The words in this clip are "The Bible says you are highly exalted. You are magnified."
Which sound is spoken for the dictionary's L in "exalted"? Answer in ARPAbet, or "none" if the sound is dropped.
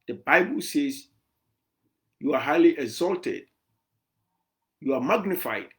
L